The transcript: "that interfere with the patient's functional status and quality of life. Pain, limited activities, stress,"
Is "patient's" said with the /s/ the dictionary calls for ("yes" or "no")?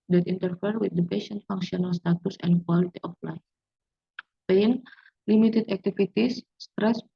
no